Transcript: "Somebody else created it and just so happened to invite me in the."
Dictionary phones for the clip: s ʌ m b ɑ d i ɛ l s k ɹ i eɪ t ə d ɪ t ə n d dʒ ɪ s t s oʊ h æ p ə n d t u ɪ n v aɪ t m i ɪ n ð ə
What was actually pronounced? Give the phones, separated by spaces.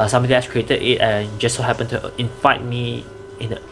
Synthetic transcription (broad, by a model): s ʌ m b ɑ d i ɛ s k ɹ i eɪ t ə d ɪ t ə n dʒ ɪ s s oʊ h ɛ p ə n t u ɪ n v aɪ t m i ɪ n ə